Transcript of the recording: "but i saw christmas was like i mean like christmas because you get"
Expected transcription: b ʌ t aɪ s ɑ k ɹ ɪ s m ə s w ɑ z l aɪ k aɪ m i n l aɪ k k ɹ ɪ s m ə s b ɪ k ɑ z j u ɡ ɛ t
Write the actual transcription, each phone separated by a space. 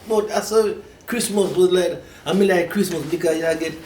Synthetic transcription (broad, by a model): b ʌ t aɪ s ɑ k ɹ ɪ s m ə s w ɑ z l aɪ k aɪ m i l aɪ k k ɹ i s m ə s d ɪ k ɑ j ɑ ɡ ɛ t